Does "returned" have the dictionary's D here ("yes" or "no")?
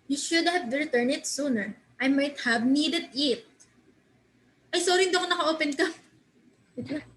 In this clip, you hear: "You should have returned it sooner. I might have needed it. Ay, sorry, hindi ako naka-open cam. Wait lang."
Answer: no